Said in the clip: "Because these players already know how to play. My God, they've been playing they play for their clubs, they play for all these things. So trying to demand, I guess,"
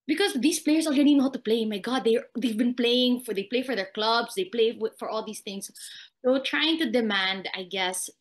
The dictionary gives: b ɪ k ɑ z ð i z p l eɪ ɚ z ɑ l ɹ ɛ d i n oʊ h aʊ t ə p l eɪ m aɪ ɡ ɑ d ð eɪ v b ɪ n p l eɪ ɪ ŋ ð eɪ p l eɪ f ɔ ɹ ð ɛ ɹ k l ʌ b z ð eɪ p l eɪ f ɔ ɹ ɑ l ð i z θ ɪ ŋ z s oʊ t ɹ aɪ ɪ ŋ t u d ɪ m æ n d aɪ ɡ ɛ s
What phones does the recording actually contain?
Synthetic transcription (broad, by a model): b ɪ k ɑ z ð i s p l eɪ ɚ s ɑ l ɹ ɛ d i n oʊ h aʊ t ə p l eɪ m aɪ ɡ ɑ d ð eɪ v b ɪ n p l eɪ ɪ ŋ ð eɪ p l eɪ f ɔ ɹ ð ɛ ɹ k l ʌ b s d eɪ p l eɪ f ɔ ɹ ɑ l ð i s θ ɪ ŋ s s oʊ t ɹ aɪ ɪ ŋ t u d ɪ m æ n d aɪ ɡ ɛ s